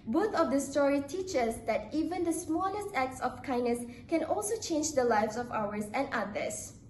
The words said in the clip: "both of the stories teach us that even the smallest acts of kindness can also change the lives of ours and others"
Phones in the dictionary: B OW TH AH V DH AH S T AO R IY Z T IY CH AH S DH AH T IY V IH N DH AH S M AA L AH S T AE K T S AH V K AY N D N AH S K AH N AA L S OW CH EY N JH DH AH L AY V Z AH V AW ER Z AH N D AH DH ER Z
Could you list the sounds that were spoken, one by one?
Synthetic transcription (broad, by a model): B OW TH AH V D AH S T AO R IY T IY CH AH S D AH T IY V IH N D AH S M AA L AH S T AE K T S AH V K AY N N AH S K AH N AA L S OW CH EY N JH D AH L AY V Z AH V AW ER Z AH N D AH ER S